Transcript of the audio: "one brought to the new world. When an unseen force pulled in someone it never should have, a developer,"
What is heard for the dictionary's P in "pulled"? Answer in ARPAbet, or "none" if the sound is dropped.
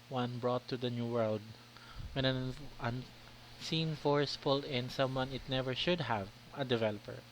F